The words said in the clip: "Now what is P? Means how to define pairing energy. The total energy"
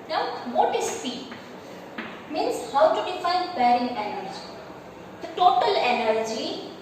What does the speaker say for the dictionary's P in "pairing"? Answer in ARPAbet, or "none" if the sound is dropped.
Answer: B